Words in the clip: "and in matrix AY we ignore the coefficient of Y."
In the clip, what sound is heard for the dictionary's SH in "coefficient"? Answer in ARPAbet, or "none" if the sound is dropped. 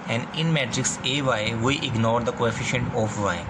SH